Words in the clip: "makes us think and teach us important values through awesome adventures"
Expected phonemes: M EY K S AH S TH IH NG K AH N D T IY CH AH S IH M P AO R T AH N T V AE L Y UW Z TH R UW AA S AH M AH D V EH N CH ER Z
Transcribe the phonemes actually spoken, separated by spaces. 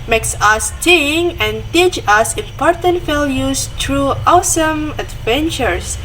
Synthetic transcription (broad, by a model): M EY K S AH S T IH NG AH N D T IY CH AH S IH M P AO R T AH N T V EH L Y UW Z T R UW AA S AH M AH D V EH N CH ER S